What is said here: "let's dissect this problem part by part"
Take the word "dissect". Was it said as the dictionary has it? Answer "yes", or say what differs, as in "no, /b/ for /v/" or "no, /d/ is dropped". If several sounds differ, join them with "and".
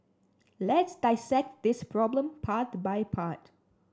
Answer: yes